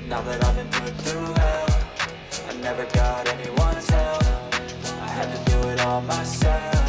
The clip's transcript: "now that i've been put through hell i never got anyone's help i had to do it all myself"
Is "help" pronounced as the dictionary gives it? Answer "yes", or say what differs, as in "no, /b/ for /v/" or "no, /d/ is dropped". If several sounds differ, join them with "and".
no, /f/ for /p/